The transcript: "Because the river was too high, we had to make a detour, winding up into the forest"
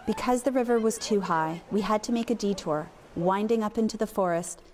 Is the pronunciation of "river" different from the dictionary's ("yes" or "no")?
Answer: no